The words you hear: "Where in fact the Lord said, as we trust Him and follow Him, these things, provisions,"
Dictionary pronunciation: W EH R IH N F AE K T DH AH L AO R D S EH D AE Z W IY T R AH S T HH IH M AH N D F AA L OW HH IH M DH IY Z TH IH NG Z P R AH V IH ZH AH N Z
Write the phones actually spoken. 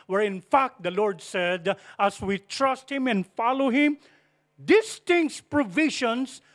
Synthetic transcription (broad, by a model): W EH R IH N F AE K T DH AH L AO R D S EH D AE S W IY T R AH S T HH IH M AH N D F AA L OW HH IH M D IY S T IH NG S P R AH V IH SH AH N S